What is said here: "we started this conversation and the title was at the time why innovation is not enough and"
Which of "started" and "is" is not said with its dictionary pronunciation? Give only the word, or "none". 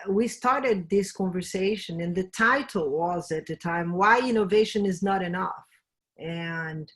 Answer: none